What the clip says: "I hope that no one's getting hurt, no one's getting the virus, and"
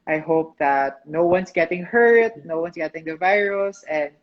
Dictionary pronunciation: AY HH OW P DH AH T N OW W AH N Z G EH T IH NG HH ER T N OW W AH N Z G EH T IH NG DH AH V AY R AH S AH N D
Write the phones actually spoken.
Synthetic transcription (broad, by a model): AY HH OW P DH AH T N OW W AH N S G EH T IH NG HH ER T N OW W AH N S G EH T IH NG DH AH V AY R AH S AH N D